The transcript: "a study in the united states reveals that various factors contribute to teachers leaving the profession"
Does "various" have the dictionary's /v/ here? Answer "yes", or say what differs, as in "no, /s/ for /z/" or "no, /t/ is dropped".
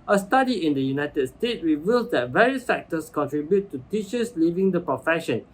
yes